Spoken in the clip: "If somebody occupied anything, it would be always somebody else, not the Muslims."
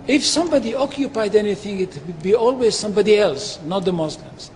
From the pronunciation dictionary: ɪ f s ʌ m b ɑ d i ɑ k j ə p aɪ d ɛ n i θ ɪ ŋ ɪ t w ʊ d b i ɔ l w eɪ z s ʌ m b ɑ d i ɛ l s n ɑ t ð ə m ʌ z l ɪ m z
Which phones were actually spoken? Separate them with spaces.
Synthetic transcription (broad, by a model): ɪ f s ʌ m b ɑ d i ɑ k j ə p aɪ d ɛ n i θ ɪ ŋ ɪ t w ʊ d b i ɔ l w eɪ z s ʌ m b ɑ d i ɛ l s n ɑ t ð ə m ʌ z l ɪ m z